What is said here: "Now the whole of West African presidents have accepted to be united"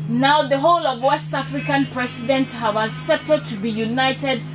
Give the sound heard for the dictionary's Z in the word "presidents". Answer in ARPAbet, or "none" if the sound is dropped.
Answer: S